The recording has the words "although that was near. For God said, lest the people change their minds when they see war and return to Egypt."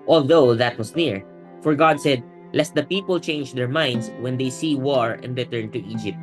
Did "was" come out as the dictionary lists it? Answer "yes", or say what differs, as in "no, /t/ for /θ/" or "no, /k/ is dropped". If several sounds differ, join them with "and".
no, /s/ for /z/